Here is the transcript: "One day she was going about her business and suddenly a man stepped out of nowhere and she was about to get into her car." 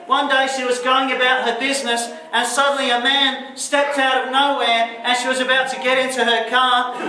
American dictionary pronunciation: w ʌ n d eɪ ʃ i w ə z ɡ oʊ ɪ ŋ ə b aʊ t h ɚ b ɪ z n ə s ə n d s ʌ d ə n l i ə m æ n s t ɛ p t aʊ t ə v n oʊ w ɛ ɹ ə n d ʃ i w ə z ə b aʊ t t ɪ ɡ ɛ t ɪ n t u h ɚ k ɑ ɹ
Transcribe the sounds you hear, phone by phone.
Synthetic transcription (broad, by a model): w ʌ n d eɪ ʃ i w ə z ɡ oʊ ɪ ŋ ə b aʊ t h ɚ b ɪ z n ə s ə n s ʌ d n l i ə m æ n s t ɛ p t aʊ t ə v n oʊ w ɛ ɹ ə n ʃ i w ə z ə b aʊ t t ɪ ɡ ɛ t ɪ n t u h ɚ k ɑ ɹ